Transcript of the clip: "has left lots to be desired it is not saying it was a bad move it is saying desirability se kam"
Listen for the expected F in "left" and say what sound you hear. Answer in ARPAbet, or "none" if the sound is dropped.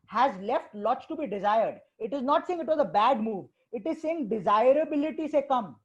F